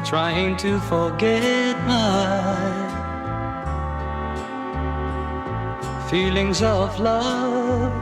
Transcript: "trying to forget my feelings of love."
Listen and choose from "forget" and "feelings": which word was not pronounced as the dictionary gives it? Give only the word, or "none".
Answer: none